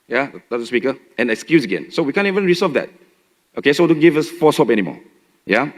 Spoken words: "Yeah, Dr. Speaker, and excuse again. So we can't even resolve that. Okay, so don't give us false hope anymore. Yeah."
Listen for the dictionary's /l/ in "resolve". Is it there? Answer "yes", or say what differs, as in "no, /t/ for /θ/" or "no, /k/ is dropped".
no, /l/ is dropped